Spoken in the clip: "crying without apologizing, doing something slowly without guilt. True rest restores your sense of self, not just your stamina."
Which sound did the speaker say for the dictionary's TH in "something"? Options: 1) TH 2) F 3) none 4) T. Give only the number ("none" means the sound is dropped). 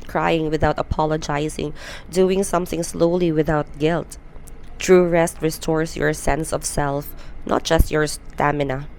1